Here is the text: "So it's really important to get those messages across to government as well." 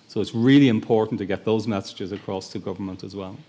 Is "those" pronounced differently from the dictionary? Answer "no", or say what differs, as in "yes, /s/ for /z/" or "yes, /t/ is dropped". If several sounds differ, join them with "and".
no